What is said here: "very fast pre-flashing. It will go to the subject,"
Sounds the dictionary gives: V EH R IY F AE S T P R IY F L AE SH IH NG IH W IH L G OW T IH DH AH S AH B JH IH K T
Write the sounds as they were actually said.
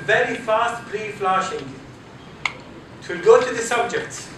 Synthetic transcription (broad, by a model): V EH R IY F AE S T B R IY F L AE SH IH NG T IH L G OW T IH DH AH S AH B JH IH K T